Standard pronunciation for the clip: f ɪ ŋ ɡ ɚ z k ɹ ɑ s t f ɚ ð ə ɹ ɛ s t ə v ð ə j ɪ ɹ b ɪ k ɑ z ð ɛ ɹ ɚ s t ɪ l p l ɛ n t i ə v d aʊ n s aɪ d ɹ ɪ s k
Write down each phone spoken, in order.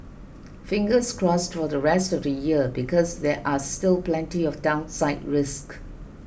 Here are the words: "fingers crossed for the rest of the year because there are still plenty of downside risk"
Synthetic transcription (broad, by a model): f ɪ ŋ ɡ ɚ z k ɹ ɑ s t f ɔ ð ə ɹ ɛ s t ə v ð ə j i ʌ b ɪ k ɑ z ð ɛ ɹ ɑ s t ɪ l p l ɛ n t i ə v d aʊ n s aɪ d ɹ ɪ s k